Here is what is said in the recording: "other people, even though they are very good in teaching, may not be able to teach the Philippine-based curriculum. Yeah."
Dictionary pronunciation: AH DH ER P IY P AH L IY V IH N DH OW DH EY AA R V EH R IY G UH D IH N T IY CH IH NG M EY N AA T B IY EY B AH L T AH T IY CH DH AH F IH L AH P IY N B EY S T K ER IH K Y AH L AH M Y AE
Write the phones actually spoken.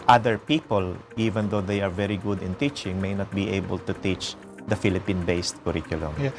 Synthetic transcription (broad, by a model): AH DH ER P IY P AH L IY V IH N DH OW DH EY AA R V EH R IY G UH D IH N T IY CH IH NG M EY N AA T B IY EY B AH L T AH T IY CH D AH F IH L AH P IY N B EY S T K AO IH K Y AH L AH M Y